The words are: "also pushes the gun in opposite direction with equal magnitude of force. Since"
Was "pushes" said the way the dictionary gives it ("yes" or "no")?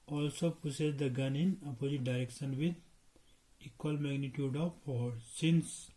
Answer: no